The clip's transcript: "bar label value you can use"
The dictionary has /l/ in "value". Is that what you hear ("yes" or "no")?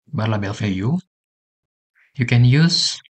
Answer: no